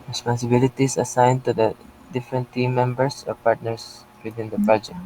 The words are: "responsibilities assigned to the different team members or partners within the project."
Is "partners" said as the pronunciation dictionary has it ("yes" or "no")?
no